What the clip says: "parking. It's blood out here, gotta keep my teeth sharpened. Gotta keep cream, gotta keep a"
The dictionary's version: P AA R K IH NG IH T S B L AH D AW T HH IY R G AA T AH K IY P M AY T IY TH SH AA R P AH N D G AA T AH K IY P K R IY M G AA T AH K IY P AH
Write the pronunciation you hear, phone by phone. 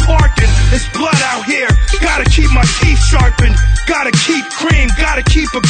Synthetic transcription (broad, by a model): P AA R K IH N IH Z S B L AH D AW T HH IY R G AA T AH K IY P M AY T IY F SH AA R P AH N G AA T AH K IY P K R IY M G AA T AH K IY P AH